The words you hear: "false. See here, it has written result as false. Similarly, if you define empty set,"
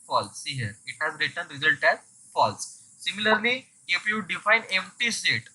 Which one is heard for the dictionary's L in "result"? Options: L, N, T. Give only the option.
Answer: L